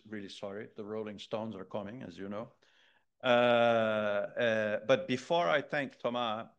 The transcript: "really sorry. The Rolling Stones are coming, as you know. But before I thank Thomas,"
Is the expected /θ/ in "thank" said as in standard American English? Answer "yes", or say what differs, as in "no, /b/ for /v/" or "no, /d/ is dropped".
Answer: yes